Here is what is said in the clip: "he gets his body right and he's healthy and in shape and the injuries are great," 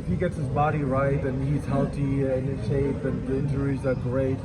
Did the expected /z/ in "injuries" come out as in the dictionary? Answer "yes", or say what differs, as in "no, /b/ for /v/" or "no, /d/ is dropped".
yes